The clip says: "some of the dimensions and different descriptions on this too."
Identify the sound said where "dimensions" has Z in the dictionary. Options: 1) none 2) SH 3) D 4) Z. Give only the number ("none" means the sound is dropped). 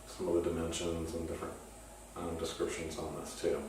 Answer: 4